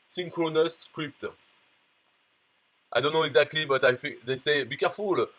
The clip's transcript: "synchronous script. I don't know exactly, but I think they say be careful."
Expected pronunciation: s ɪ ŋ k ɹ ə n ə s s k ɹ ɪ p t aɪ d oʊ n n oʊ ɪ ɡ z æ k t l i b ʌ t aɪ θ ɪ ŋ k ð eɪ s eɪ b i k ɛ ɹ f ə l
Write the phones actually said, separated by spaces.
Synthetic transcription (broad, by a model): s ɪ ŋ k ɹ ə n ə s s k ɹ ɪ p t aɪ d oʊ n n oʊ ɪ ɡ z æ k t l i b ʌ t aɪ f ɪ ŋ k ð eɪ s eɪ b i k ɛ ɹ f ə l